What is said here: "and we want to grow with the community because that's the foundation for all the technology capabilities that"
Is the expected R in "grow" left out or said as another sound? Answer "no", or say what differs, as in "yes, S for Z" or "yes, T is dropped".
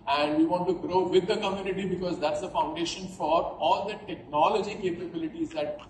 no